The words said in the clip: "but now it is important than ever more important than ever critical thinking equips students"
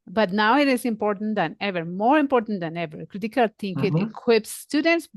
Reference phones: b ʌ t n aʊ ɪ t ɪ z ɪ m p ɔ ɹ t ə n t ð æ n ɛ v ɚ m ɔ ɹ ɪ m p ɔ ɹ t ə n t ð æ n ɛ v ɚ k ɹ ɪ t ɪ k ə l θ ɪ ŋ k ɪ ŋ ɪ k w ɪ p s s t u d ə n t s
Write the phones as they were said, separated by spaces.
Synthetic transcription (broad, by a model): b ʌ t n aʊ ɪ t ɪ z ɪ m p ɔ ɹ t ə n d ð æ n ɛ v ɚ m ɔ ɹ ɪ m p ɔ ɹ t ə n t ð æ n ɛ v ɚ k ɹ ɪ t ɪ k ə l t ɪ ŋ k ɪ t ɪ k w ɪ p s s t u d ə n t s